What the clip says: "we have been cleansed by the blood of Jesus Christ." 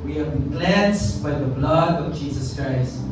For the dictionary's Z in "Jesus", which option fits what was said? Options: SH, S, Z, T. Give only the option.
Z